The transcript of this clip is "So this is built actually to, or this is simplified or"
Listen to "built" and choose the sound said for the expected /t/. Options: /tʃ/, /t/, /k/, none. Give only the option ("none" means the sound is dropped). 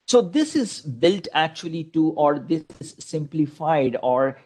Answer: /t/